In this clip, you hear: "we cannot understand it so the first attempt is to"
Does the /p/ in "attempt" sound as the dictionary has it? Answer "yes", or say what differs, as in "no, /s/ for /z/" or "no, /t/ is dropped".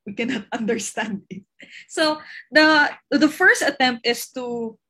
yes